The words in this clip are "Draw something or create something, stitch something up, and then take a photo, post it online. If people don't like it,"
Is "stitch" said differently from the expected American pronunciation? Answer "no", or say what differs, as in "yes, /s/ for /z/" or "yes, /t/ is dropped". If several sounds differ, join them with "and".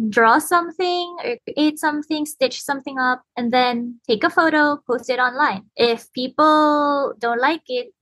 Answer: no